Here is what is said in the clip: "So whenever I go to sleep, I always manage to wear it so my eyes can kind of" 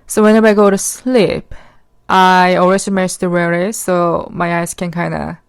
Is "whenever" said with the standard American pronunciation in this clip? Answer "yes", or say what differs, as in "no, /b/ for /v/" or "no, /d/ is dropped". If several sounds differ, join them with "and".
no, /b/ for /v/